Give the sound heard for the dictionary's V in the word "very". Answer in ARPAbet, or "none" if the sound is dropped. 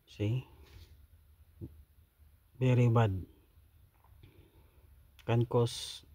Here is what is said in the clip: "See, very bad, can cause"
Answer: B